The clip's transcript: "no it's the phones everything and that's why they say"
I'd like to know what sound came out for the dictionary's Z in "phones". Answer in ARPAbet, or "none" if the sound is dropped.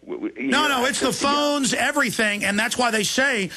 Z